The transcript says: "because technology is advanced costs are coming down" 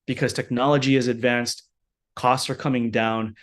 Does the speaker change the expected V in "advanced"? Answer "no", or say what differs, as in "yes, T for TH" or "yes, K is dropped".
no